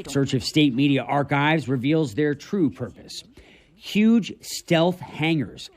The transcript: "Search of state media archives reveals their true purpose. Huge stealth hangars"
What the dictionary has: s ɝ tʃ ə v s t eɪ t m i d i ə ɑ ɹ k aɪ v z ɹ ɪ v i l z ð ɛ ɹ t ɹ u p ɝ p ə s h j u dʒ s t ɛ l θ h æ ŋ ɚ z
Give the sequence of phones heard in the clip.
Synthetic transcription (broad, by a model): s ɝ tʃ ə v s t eɪ t m i d i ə ɑ ɹ k aɪ v z ɹ ɪ v i l z ð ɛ ɹ t ɹ u p ɝ p ə s h j u dʒ s t ɛ l θ h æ ŋ ɚ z